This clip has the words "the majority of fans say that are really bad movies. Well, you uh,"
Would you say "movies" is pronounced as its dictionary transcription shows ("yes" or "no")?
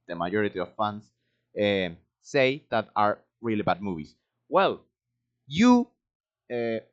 no